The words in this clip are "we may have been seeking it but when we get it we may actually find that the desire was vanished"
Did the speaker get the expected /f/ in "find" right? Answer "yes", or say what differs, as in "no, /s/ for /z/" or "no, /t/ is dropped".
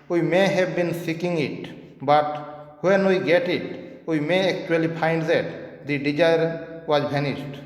no, /p/ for /f/